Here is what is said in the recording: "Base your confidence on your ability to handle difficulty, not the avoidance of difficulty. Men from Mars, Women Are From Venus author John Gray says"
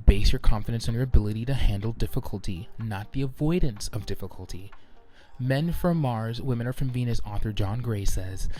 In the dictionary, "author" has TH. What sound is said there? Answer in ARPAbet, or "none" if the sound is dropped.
TH